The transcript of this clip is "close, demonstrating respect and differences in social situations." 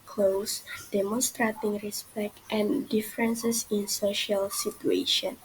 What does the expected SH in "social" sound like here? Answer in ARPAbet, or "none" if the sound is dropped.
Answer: SH